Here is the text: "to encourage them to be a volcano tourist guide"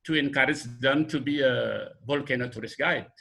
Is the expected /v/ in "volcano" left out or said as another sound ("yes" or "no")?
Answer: yes